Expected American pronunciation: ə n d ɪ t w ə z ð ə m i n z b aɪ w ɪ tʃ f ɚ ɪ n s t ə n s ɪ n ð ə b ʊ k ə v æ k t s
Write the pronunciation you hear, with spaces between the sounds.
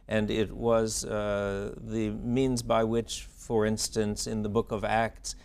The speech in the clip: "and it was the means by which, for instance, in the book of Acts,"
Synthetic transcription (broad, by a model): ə n ɪ t w ə z ð ə m i n z b aɪ w ɪ tʃ f ɚ ɪ n s t ə n s ɪ n ð ə b ʊ k ə v æ k t s